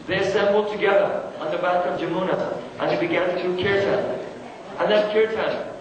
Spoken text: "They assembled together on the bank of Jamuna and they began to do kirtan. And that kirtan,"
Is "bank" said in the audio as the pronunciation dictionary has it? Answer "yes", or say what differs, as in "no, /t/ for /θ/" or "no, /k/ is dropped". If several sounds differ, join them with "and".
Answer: no, /ŋ/ is dropped